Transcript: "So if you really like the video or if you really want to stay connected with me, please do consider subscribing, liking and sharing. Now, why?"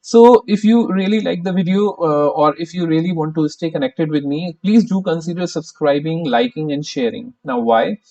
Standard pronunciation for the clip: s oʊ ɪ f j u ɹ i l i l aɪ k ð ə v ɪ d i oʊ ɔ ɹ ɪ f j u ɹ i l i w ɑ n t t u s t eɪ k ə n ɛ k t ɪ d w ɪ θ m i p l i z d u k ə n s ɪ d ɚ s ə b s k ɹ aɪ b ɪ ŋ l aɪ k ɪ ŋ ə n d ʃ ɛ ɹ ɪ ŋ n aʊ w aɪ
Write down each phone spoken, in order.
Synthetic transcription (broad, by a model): s oʊ ɪ f j u ɹ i l i l aɪ k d ə v ɪ d i oʊ ɔ ɹ ɪ f j u ɹ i l i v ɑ n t t u s t eɪ k ə n ɛ k t ɪ d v ɪ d m i p l i z d u k ə n s ɪ d ɚ s ə b s k ɹ aɪ b ɪ ŋ l aɪ k ɪ ŋ ə n d ʃ ɛ ɹ ɪ ŋ n aʊ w aɪ